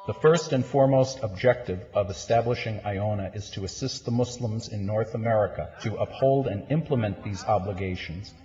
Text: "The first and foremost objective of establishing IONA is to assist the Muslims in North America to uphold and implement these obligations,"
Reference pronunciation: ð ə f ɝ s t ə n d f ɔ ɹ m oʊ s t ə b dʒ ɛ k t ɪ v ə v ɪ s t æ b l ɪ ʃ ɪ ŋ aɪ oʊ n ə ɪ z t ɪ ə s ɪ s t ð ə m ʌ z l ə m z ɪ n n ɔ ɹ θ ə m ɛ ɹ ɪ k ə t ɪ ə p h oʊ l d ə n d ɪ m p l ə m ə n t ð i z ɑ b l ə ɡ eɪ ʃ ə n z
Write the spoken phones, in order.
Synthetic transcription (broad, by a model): ð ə f ɝ s t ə n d f ɔ ɹ m oʊ s t ə b dʒ ɛ k t ɪ v ə v ɪ s t æ b l ɪ ʃ ɪ ŋ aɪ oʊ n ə ɪ z t ɪ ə s ɪ s t ð ə m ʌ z l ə m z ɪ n n ɔ ɹ θ ə m ɛ ɹ ɪ k ə t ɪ ə p h oʊ l d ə n ɪ m p l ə m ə n ð i z ɑ b l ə ɡ eɪ ʃ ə n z